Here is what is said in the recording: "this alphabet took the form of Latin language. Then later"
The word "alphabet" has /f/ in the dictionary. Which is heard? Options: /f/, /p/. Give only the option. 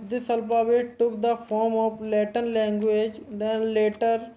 /p/